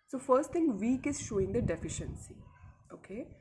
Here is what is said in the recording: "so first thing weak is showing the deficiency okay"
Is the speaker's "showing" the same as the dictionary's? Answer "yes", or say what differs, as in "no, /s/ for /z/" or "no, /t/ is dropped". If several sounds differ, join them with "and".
yes